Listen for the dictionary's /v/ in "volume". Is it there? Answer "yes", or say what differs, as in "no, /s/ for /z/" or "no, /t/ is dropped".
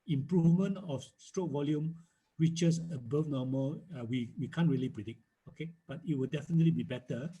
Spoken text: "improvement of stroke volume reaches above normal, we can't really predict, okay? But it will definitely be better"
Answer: yes